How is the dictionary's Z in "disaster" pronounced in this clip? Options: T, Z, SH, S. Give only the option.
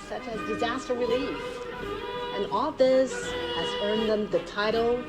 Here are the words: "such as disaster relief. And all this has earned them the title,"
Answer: Z